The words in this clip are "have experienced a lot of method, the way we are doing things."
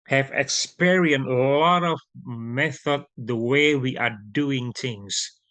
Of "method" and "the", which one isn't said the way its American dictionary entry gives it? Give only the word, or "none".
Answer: none